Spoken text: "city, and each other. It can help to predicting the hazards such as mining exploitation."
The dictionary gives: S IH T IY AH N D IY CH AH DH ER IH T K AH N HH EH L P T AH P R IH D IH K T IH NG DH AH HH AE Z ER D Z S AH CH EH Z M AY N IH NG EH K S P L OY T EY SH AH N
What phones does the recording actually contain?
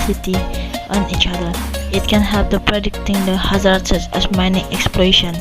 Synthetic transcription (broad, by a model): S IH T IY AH N IY CH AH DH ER IH T K AH N HH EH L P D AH P R IH D IH K T IH NG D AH HH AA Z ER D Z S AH S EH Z M AY N IH NG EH K S P L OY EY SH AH N